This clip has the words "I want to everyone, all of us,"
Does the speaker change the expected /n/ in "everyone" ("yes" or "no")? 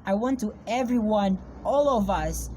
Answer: no